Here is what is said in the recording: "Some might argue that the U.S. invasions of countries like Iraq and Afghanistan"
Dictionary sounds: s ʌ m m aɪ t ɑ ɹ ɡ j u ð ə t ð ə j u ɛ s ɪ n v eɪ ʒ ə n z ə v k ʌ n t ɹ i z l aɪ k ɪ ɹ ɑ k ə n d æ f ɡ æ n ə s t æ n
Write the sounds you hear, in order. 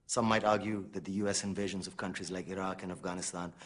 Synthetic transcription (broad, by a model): s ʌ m m aɪ t ɑ ɹ ɡ j u ð ə t ð ə j u ɛ s ɪ n v eɪ ʒ ə n z ə v k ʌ n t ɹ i z l aɪ k ɪ ɹ ɑ k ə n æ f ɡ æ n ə s t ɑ n